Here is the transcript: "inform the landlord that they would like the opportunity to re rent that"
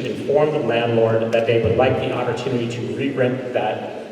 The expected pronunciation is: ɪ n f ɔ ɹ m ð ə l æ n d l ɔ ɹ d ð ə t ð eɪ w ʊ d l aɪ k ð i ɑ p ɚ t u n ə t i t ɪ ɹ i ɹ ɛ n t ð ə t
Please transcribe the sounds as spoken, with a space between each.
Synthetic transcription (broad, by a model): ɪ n f ɔ ɹ m ð ə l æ n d l ɔ ɹ d ð ə t ð eɪ w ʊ d l aɪ k ð i ɑ p ɚ t u n ə t i t ɪ ɹ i ɹ ɛ t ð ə t